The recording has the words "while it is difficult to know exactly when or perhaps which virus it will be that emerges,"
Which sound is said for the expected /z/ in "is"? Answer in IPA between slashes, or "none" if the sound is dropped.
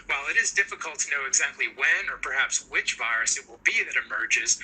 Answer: /z/